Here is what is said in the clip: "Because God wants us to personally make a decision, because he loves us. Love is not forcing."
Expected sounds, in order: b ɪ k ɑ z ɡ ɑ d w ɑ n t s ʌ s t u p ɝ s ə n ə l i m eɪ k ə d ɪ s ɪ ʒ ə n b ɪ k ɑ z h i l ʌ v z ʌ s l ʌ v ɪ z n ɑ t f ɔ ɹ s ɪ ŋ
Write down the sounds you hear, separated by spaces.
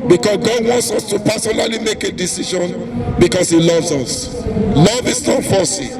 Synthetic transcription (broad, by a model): b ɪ k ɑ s ɡ ɑ d w ɑ n t s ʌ s t u p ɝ s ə n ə l i m eɪ k ə d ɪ s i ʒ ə n b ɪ k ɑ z h i l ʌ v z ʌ s l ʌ v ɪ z n ɑ t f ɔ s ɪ